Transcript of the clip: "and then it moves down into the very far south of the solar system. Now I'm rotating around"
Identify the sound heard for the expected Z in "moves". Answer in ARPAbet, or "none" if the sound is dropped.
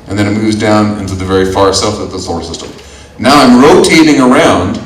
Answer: Z